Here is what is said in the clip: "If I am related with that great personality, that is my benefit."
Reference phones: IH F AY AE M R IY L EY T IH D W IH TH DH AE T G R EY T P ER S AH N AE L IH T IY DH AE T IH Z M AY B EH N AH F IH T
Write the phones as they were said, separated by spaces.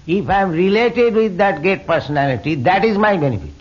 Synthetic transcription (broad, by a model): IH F AY M R IY L EY T IH D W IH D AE T G EY T P ER S AH N AE L IH T IY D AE T IH Z M AY B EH N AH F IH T